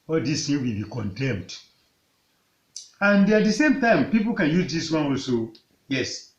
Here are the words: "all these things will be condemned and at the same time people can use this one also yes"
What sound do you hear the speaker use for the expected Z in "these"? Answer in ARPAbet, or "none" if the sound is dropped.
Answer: S